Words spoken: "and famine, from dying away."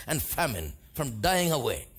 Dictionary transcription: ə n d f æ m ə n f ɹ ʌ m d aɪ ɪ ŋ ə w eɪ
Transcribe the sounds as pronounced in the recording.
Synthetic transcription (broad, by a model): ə n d f æ m ə n f ɹ ʌ m d aɪ ɪ ŋ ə w eɪ